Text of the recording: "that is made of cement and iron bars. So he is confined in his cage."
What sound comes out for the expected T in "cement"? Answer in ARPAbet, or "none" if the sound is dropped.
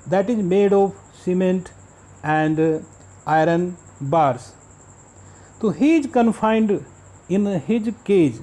T